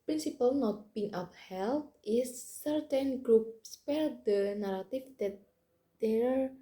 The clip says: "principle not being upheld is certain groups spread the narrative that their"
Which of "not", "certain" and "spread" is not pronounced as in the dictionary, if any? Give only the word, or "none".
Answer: spread